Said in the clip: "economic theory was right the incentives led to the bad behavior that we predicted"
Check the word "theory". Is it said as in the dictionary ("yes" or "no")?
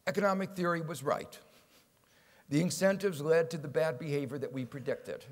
yes